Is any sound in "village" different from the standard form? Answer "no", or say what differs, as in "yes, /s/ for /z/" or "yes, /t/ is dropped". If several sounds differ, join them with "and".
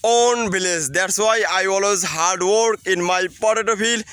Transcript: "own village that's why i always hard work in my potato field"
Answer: yes, /b/ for /v/